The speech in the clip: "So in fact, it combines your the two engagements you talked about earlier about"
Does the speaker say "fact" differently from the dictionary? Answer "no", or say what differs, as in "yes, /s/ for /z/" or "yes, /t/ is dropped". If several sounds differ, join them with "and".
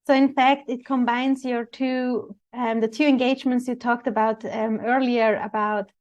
no